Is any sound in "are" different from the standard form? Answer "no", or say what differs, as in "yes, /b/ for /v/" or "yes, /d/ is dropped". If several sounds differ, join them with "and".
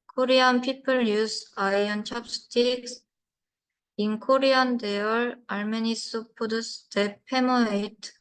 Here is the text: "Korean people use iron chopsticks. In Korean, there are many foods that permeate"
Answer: yes, /l/ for /ɹ/